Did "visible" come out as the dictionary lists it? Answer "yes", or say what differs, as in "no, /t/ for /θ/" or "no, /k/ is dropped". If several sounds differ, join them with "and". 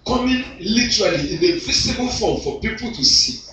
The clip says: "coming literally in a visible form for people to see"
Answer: no, /s/ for /z/